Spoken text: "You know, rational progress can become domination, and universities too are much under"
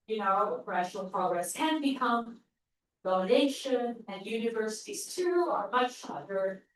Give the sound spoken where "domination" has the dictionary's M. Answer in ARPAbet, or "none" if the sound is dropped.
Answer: none